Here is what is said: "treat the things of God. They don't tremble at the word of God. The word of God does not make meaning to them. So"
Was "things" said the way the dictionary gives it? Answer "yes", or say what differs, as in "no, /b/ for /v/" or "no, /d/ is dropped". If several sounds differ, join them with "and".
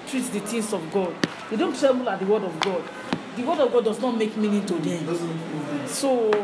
no, /t/ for /θ/ and /s/ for /z/